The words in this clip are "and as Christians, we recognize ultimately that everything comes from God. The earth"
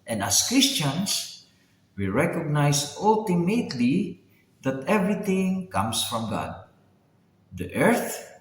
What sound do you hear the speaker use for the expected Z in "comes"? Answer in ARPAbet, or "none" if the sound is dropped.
S